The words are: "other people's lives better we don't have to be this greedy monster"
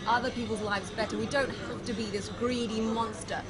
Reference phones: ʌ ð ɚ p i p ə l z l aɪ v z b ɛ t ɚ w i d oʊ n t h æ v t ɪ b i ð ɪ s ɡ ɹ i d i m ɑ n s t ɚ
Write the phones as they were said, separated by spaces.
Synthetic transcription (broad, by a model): ʌ ð ɚ p i p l z l aɪ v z b ɛ t ɚ w i d oʊ n t h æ f t ɪ b i ð ɪ s ɡ ɹ i d i m ɑ n s t ɚ